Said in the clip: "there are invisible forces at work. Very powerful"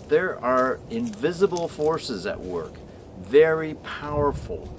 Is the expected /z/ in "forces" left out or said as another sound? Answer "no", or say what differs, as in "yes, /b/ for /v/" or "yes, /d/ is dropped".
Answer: no